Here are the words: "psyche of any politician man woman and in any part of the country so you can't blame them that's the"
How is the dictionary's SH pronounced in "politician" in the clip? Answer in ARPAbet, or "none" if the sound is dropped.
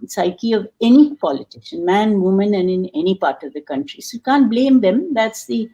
S